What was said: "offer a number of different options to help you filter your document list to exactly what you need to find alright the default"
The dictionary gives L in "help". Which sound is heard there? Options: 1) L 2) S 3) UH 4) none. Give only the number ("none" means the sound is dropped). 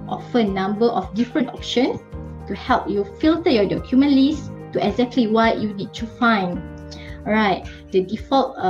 1